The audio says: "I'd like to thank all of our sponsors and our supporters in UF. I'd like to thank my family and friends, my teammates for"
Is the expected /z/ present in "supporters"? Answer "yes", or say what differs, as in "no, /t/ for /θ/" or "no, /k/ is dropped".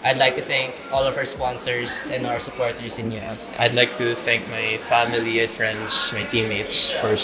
no, /s/ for /z/